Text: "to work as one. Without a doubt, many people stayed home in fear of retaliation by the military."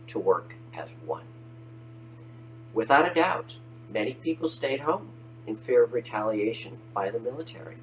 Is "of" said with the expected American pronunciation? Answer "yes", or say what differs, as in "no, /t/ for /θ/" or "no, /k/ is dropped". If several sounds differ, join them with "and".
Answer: yes